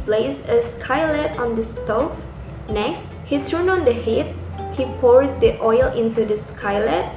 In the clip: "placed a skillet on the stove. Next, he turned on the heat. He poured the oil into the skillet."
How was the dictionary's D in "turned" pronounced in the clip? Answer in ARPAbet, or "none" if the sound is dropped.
none